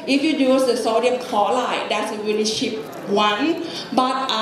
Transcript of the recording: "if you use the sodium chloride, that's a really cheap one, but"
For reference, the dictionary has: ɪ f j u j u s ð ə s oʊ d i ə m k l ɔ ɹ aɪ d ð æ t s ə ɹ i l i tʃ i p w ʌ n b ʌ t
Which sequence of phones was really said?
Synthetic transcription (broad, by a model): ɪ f j u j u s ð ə s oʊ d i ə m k ɔ l aɪ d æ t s ə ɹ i l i ʃ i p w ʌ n b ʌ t